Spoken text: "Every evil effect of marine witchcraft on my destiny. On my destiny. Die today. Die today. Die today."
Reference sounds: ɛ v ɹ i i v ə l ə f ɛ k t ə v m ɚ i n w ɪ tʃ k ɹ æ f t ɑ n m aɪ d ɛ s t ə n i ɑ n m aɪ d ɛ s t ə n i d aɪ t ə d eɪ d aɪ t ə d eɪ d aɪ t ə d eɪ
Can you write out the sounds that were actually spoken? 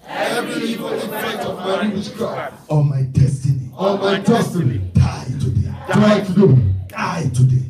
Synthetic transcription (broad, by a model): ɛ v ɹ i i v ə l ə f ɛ t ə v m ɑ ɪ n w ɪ ʃ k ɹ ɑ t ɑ m aɪ d ɛ s t ə n i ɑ m aɪ d ɛ s t ə n i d aɪ t ə d eɪ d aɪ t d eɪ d aɪ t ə d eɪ